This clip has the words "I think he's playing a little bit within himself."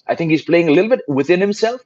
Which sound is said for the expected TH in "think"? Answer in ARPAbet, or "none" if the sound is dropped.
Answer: TH